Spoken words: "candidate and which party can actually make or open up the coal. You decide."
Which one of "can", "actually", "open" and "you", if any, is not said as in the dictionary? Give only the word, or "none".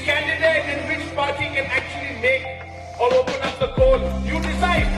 none